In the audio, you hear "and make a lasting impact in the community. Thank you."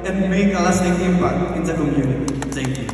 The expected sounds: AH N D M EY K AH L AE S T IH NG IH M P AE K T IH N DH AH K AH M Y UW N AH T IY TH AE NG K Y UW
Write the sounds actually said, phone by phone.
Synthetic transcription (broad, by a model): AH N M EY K AH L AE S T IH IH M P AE T IH N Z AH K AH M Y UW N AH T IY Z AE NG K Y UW